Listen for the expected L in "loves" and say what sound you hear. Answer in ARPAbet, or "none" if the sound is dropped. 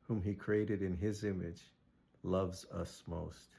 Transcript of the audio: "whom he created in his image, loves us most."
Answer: L